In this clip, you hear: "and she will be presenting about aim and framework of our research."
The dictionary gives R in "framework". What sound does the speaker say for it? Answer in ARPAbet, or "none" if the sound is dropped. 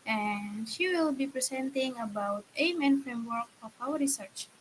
R